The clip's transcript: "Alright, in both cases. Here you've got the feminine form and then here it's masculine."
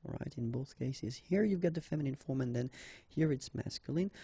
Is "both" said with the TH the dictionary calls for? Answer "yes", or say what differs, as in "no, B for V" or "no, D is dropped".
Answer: yes